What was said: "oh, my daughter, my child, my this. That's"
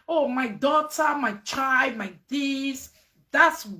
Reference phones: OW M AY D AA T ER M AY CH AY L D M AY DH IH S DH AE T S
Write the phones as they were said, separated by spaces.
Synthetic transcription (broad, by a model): OW M AY D AA T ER M AY CH AY D M AY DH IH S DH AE T S